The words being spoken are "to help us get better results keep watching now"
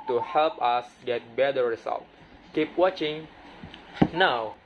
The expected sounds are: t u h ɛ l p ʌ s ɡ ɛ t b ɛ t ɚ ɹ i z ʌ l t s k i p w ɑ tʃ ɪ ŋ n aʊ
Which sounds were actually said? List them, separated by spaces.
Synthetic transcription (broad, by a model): t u h ɛ l p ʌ s ɡ ɛ t b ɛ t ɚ ɹ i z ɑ l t k i p w ɑ tʃ ɪ ŋ n aʊ